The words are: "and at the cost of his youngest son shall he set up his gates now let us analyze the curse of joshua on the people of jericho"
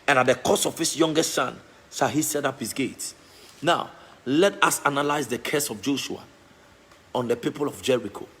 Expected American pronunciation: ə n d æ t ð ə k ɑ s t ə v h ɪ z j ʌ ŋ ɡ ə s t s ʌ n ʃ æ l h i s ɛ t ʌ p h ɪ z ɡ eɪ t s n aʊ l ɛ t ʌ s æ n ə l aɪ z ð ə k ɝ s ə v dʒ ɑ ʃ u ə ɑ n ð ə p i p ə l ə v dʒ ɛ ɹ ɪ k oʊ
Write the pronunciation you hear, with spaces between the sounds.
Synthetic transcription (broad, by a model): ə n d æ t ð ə k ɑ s ə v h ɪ s j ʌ ŋ ɡ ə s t s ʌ n s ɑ h i s ɛ t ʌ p h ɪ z ɡ eɪ t s n aʊ l ɛ t ʌ s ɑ n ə l aɪ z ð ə k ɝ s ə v dʒ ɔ ʃ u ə ɑ n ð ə p i p ə l ə v dʒ ɛ ɹ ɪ k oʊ